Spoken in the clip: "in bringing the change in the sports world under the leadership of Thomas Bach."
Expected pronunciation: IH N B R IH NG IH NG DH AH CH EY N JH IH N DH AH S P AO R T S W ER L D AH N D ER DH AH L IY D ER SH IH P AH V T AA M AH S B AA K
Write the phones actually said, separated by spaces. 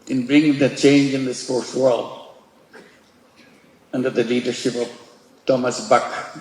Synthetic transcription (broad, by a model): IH N B R IH NG IH NG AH CH EY N JH IH N DH AH S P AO R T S W ER L D AH N D ER DH AH L IY D ER SH IH P AH V T AA M AH S B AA K